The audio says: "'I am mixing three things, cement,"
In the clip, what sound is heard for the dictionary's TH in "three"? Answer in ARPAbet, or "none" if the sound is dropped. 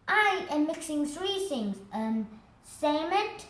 TH